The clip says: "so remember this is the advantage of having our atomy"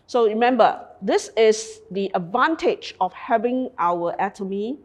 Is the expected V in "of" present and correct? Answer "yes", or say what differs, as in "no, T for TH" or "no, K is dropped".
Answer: no, F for V